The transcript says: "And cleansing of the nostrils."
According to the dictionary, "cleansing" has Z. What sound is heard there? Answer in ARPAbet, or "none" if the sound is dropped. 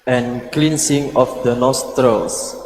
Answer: S